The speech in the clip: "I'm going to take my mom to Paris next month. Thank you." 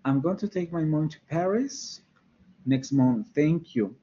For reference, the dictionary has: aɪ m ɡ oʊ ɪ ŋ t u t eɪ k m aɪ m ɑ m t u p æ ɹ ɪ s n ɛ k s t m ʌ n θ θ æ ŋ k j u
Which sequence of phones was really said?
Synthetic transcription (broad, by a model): aɪ m ɡ oʊ ɪ ŋ t u t eɪ k m aɪ m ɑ t u p æ ɹ ɪ s n ɛ k s t m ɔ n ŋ θ æ ŋ k j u